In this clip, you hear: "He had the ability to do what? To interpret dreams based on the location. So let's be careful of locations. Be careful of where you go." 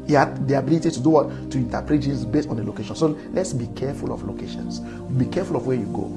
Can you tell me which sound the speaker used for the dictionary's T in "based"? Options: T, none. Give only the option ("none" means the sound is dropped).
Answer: T